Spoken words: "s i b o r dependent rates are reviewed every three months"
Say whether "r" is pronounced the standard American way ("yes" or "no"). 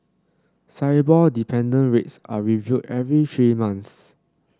no